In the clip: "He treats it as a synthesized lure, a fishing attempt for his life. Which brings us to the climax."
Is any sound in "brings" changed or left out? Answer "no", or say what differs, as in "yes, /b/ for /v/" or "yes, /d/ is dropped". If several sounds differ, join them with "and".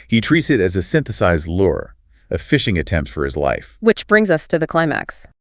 no